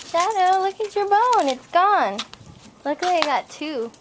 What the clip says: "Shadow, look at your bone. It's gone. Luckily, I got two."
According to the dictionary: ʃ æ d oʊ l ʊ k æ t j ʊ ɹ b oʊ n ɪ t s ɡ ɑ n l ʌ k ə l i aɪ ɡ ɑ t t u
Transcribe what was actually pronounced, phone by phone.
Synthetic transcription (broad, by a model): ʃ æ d oʊ l ʊ k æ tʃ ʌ ɹ b oʊ n ɪ t s ɡ ɑ n l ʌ k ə i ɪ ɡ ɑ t t u